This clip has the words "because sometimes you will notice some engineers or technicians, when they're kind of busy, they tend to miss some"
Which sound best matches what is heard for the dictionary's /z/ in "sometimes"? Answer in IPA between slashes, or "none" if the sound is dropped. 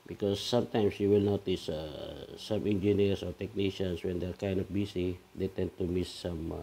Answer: /s/